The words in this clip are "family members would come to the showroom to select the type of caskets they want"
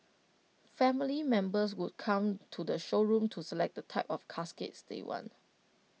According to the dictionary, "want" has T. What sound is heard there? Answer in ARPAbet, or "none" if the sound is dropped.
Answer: none